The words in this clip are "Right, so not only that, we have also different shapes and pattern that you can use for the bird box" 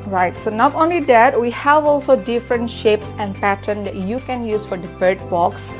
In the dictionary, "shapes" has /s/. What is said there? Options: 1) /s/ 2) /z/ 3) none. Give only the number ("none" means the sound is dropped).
1